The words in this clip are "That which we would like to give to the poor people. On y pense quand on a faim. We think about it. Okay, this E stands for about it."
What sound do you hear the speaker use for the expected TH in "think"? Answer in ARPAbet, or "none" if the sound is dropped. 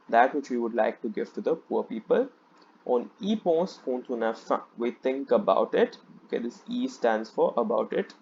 T